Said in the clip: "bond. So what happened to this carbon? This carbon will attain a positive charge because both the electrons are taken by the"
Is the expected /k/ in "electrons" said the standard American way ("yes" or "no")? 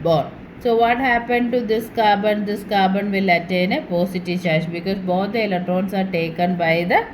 no